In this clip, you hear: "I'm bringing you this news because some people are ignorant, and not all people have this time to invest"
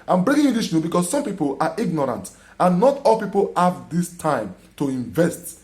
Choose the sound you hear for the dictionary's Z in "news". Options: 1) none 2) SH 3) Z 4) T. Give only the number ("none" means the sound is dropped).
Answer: 1